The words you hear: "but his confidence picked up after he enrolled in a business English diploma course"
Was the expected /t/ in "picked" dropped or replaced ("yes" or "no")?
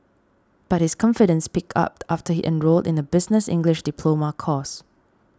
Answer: yes